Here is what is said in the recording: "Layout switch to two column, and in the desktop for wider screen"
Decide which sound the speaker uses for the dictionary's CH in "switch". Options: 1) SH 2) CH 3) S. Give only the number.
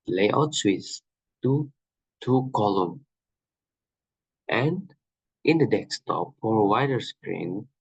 3